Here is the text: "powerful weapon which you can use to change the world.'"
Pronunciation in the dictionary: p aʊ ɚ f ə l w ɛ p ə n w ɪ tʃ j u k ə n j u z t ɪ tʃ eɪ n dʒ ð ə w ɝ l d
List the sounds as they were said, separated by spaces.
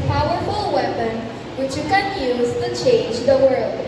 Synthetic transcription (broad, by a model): p aʊ ɚ f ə l w ɛ p ə n w ɪ tʃ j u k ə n j u z t ɪ tʃ eɪ n dʒ ð ə w ɝ l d